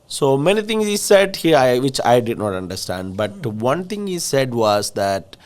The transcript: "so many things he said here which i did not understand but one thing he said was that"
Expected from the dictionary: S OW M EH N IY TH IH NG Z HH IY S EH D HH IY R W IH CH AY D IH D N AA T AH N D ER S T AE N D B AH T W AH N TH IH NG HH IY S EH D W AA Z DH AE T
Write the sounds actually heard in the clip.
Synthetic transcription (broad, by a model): S OW M EH N IY T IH NG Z HH IY S EH D HH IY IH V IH CH AY D IH D N AA T AH N D ER S T AE N D B AH T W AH N T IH NG HH IY S EH D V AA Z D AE T